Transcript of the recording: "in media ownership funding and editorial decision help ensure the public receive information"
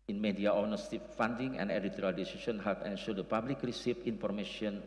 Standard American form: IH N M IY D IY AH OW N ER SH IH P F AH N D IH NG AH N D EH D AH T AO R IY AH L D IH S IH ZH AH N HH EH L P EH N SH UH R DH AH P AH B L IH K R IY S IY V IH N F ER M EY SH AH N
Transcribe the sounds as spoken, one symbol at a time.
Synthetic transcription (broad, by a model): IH N M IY D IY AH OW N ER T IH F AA N D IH NG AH N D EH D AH T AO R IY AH L D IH S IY S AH N HH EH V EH N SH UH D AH P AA B L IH K R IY S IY F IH N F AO M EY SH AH N